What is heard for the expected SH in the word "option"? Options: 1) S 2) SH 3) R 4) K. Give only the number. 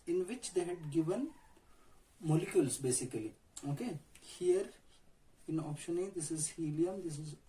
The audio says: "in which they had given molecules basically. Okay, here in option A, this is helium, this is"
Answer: 2